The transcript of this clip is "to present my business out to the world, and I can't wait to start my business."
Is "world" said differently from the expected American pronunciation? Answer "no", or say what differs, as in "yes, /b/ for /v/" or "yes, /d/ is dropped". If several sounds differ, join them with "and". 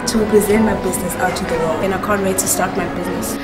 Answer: yes, /d/ is dropped